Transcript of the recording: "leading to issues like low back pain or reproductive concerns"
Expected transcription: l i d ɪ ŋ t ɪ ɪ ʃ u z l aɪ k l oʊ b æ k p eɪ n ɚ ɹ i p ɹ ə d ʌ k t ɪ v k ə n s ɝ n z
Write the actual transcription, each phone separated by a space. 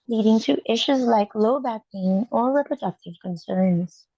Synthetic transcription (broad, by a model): l i d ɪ ŋ t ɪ ɪ ʃ u z l aɪ k l oʊ b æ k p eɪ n ɚ ɹ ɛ p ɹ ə d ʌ k t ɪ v k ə n s ɝ n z